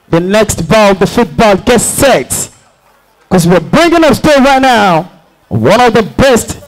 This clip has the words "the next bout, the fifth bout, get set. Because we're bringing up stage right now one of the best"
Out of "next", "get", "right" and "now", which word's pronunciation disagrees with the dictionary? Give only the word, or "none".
none